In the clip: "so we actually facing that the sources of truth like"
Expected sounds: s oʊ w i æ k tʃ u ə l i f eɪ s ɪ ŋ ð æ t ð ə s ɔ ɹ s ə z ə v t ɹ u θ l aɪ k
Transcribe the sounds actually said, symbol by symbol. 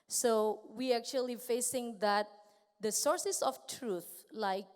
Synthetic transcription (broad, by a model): s oʊ w i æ k tʃ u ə l i f eɪ s ɪ ŋ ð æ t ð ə s ɔ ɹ s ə s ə f t ɹ u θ l aɪ k